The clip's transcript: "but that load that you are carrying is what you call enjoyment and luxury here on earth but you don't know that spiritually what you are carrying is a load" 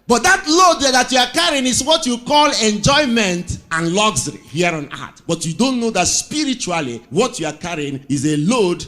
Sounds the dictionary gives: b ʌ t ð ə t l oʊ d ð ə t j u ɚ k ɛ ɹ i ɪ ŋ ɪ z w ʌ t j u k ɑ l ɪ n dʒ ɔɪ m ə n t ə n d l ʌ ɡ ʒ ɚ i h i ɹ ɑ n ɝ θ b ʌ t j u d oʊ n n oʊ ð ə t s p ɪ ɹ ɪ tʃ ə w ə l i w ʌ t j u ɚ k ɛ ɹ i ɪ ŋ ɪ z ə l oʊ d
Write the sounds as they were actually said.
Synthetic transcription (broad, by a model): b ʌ t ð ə t l oʊ d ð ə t j u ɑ k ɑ ɹ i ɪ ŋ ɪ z w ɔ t j u k ɑ l ɪ n dʒ ɔɪ m ə n t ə n l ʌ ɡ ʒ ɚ i h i ɹ ɑ n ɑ t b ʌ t j u d oʊ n n oʊ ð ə t s p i ɹ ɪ tʃ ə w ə l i w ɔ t j u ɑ k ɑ ɹ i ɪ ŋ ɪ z ə l oʊ d